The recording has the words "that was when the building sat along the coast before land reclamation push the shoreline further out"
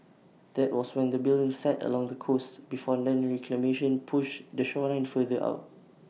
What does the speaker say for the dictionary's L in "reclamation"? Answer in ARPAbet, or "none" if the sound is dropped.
L